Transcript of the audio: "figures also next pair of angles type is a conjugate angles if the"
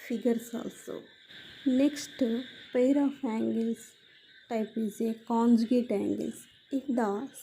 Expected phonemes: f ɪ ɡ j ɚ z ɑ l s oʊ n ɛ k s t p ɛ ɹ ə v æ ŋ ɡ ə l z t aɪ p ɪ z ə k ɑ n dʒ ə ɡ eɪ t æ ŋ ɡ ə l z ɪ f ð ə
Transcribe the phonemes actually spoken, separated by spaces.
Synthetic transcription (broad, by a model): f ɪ ɡ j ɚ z ɑ l s oʊ n ɛ k s t p ɛ ɹ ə f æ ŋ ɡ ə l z t aɪ p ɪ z ə k ɑ n dʒ ə ɡ eɪ t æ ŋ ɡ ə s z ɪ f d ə